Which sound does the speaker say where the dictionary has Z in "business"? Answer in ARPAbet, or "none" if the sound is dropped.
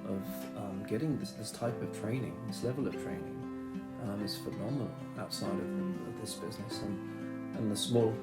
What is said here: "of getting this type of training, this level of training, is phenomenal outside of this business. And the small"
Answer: Z